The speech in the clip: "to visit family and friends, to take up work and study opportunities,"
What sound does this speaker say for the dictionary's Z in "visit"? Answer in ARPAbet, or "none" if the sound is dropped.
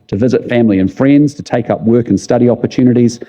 Z